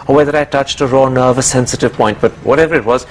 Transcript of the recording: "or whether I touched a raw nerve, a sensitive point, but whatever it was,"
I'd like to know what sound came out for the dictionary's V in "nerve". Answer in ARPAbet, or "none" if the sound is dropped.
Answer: V